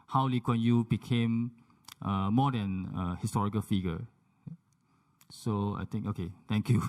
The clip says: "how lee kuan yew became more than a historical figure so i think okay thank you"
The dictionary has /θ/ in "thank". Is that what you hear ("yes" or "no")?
no